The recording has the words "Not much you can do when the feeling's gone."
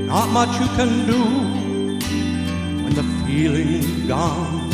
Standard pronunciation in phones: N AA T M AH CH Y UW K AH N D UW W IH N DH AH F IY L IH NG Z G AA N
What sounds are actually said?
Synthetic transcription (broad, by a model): N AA T M AH CH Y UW K AH N D UW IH N DH AH F IY L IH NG G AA N